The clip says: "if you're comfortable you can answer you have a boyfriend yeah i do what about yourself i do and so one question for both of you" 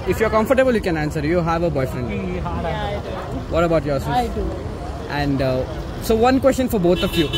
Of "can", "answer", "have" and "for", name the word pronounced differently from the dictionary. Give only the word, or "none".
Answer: none